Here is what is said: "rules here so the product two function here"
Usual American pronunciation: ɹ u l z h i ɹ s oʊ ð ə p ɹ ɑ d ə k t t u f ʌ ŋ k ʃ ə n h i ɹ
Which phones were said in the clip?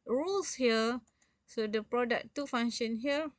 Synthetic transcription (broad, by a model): ɹ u l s h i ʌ s oʊ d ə p ɹ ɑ d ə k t t u f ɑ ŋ ʃ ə n h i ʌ